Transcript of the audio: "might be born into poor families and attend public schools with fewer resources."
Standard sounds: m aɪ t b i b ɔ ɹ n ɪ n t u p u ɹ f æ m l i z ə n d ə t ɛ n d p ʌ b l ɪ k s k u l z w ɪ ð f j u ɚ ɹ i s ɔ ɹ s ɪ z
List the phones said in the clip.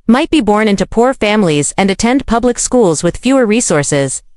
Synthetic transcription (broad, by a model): m aɪ t b i b ɔ ɹ n ɪ n t u p u ɹ f æ m l i z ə n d ə t ɛ n d p ʌ b l ɪ k s k u l z w ɪ ð f j u ɚ ɹ i s ɔ ɹ s ɪ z